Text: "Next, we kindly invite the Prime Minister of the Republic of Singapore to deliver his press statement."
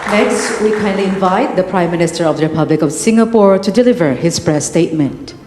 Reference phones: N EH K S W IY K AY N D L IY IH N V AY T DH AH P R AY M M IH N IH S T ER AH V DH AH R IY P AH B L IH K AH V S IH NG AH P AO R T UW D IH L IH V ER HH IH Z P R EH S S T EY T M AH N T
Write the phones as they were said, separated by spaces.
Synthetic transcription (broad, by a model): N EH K S W IY K AY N L IY IH N V AY T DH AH P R AY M M IH N IH S T ER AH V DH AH R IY P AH B L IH K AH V S IH NG AH P AO R T UW D IH L IH V ER HH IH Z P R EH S S T EY T M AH N T